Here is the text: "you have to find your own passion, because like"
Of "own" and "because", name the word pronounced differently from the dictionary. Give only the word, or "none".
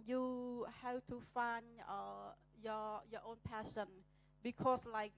because